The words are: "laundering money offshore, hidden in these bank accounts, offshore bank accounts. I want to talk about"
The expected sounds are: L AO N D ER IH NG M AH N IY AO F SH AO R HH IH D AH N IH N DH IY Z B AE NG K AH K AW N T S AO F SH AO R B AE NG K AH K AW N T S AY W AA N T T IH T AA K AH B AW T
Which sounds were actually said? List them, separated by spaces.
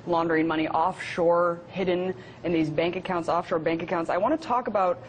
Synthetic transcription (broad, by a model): L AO N D ER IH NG M AH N IY AO F SH AO R HH IH D N IH N DH IY Z B AE NG K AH K AW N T S AO F SH AO R B AE NG K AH K AW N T S AY W AA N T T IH T AA K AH B AW T